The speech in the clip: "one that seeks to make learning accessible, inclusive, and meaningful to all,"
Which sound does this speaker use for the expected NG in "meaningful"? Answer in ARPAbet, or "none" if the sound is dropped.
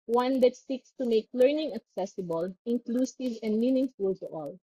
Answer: NG